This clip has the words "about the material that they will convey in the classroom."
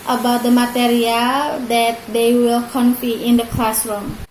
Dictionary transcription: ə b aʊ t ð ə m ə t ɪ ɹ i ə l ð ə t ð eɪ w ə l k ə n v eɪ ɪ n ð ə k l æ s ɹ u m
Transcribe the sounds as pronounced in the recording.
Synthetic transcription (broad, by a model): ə b aʊ t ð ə m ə t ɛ ɹ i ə l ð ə t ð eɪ w ə l k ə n f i ɪ n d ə k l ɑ s ɹ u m